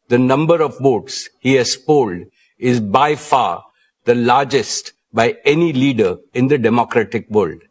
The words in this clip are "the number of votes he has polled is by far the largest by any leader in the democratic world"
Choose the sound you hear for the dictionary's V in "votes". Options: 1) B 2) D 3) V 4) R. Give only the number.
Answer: 1